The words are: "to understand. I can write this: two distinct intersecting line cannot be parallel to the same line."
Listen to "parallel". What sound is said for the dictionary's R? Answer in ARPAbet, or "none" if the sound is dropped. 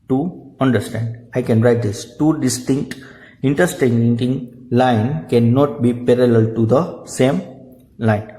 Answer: R